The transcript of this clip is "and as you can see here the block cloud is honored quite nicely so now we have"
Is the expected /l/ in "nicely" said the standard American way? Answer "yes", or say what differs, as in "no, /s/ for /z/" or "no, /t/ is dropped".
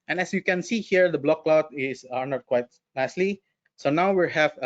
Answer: yes